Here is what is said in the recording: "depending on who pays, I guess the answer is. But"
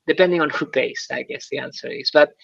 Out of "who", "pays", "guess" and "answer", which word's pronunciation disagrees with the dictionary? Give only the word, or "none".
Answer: pays